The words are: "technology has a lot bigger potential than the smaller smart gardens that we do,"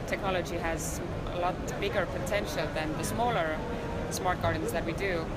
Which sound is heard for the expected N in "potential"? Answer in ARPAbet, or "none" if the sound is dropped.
N